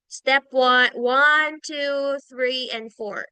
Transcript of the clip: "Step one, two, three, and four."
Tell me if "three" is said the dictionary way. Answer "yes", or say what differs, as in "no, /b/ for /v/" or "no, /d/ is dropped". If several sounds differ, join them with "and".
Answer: yes